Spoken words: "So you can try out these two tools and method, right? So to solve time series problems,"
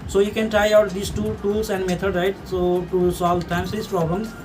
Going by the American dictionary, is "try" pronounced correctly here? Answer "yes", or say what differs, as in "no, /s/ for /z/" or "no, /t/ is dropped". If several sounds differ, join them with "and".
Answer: yes